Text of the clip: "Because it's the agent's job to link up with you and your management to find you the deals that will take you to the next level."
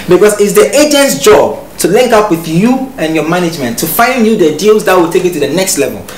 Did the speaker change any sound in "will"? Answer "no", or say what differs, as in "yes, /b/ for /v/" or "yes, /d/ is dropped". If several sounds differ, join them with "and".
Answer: no